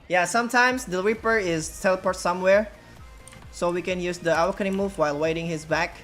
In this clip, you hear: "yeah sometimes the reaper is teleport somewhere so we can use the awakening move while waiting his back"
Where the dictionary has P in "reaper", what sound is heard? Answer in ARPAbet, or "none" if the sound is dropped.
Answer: P